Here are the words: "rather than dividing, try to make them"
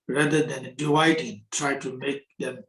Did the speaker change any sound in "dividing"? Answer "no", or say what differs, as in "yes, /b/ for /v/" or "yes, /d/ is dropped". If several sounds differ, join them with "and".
yes, /v/ is dropped